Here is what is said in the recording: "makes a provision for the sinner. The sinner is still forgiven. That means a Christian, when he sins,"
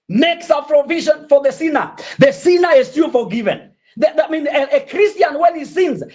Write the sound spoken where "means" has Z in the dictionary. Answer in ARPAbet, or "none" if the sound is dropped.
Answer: none